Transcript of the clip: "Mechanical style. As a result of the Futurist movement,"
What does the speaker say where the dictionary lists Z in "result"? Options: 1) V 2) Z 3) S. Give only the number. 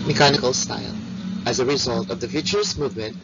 2